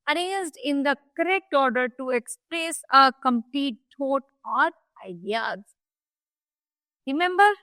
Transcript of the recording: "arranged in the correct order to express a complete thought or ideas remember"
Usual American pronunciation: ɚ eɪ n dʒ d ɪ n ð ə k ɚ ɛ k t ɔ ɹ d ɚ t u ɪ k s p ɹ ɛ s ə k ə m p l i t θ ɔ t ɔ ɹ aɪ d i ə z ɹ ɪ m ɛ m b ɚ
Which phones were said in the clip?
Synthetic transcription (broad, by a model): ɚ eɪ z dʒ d ɪ n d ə k ɚ ɛ k t ɔ ɹ d ɚ t u ɪ k s p ɹ ɛ s ə k ə m p l i t t ɔ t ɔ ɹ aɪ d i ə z ɹ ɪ m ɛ m b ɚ